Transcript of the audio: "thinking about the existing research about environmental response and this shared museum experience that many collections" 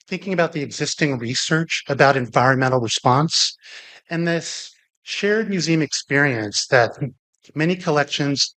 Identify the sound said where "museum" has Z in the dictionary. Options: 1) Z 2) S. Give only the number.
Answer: 1